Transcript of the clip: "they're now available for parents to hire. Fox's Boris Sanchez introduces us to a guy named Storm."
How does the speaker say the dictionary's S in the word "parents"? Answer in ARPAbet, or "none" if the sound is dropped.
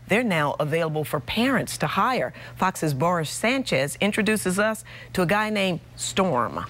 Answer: S